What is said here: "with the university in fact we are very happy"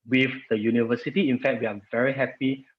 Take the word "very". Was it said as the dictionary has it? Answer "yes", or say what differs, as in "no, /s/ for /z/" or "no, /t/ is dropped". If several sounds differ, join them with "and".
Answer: yes